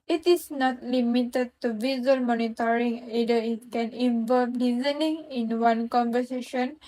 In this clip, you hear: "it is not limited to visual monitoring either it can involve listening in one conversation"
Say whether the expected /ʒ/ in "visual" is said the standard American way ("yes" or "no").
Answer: no